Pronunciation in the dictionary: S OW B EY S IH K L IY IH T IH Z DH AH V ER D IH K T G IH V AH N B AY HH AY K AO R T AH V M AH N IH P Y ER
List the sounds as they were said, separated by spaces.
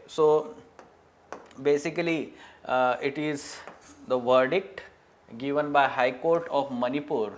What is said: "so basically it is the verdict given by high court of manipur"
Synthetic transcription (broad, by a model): S OW B EY S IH K L IY IH T IH Z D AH V ER D IH K T G IH V AH N B AY HH AY K AO R T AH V M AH N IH P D